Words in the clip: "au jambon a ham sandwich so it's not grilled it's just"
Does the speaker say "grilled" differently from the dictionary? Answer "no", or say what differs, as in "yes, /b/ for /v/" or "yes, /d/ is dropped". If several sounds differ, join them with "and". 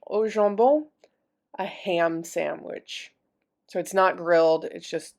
no